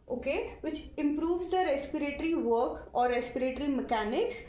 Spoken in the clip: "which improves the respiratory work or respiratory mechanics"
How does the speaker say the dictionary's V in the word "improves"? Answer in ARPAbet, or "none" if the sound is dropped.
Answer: V